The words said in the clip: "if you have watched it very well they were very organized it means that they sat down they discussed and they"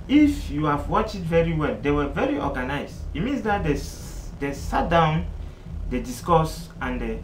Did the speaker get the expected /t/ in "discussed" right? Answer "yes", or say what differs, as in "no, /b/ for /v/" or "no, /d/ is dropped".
no, /t/ is dropped